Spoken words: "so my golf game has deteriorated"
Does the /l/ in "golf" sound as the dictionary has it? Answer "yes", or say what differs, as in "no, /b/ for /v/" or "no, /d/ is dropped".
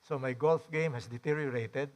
yes